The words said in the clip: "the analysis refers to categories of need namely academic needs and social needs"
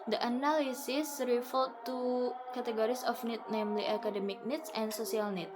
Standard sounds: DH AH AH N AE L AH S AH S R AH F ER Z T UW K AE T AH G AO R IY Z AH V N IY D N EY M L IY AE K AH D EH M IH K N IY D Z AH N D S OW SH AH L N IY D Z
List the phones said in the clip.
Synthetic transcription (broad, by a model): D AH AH N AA L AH S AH S R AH F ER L T UW K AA T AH G AO R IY S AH F N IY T N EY M L IY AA K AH D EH M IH K N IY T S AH N S OW S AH L N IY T